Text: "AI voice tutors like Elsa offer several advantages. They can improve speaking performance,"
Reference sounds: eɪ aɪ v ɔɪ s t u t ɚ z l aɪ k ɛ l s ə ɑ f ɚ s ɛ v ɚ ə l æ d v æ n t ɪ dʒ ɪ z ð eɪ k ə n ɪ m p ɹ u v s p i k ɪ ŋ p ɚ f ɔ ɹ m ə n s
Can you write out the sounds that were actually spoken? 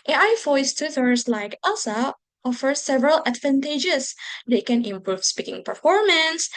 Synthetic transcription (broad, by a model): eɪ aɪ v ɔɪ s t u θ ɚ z l aɪ k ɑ s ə ɑ f ɚ s ɛ v ɚ ə l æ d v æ n t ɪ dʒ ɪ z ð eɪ k ə n ɪ m p ɹ u v s p i k ɪ ŋ p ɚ f ɔ ɹ m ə n s